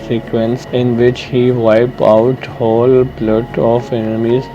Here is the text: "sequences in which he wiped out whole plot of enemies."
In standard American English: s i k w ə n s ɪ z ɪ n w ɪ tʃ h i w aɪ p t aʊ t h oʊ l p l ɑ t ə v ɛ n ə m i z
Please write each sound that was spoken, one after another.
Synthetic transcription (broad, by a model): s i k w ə n s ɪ ɪ n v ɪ tʃ h i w aɪ p aʊ t h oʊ l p l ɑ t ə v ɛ n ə m i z